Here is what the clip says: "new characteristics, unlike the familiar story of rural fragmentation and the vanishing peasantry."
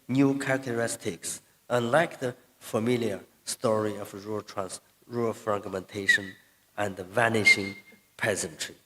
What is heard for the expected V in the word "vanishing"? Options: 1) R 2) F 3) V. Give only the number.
3